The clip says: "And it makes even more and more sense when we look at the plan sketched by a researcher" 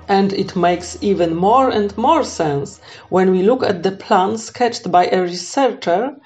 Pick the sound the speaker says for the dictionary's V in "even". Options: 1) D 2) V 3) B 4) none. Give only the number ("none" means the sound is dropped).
2